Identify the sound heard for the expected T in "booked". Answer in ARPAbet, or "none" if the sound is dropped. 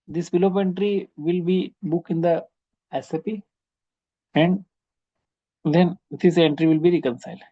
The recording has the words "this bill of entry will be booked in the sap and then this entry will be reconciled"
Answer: none